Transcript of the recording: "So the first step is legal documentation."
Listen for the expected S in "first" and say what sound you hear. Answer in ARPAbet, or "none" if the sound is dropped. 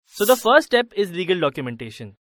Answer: none